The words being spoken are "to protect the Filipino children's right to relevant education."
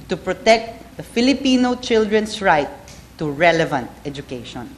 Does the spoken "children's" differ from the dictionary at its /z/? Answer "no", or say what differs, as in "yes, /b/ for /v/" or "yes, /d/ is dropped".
yes, /s/ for /z/